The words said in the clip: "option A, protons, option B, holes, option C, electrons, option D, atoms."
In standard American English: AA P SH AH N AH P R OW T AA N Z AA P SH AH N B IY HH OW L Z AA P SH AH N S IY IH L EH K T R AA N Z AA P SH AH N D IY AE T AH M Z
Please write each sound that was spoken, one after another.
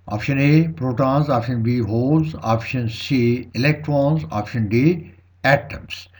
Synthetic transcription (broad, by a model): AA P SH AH N AH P R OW T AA N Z AA P SH AH N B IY HH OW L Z AA P SH AH N S IY IH L EH K T R AA N Z AA P SH AH N D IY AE T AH M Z